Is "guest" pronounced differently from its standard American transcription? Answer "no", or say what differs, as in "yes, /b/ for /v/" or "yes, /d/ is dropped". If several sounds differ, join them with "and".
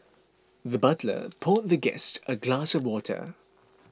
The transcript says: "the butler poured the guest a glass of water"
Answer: no